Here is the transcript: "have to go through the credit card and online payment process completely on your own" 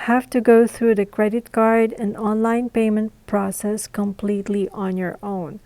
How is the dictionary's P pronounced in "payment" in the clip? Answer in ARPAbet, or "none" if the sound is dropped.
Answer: P